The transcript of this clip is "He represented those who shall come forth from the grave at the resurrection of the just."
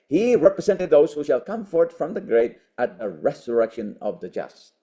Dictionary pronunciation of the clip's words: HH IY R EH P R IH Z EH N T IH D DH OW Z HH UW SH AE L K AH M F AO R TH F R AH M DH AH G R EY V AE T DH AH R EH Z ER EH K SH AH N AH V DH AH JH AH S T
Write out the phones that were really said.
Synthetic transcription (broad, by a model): HH IY R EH P R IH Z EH N T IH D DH OW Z HH UW SH AE L K AH M F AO R T F R AH M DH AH G R EY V AE T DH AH R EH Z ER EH K SH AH N AH V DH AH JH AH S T